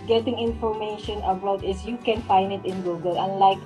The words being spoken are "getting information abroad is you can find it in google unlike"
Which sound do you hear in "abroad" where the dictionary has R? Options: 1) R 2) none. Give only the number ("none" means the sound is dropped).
2